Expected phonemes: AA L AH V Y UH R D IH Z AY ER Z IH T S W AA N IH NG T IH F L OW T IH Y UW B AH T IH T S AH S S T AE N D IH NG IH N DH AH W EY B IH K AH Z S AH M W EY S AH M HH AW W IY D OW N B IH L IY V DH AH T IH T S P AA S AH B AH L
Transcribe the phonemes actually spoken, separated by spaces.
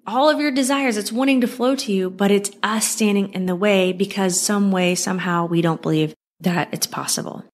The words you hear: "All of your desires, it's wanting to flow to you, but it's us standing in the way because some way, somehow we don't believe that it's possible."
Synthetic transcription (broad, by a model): AA L AH V Y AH R D IH Z AY ER Z IH T S W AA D IH NG T IH F L OW T IH Y UW B AH T IH T S AH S S T AE N D IH NG IH N DH AH W EY B IH K AH Z S AH M W EY S AH M HH AW W IY D OW N B IH L IY V DH AH T IH T S P AA S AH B L